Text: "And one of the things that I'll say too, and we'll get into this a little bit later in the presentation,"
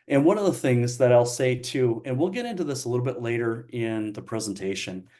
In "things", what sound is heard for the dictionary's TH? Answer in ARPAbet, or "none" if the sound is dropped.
TH